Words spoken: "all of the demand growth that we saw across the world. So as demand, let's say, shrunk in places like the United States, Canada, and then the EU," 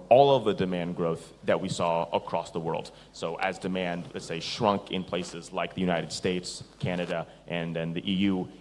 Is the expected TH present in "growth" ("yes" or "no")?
yes